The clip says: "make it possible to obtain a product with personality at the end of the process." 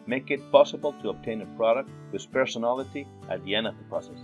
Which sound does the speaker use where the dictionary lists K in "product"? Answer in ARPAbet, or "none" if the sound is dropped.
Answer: K